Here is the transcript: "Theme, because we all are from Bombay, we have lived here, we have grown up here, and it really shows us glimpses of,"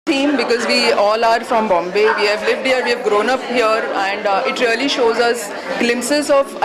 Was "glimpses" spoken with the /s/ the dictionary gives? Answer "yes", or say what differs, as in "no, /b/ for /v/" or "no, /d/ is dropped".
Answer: yes